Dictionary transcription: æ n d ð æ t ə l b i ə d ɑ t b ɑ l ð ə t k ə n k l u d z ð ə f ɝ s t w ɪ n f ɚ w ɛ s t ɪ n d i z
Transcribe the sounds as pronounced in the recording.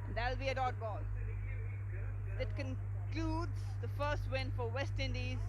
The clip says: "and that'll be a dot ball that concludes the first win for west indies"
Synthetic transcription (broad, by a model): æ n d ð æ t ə l b i ə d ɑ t b ɑ l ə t k ə n k l u d z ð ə f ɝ s t w ɪ n f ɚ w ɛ s t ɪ n d i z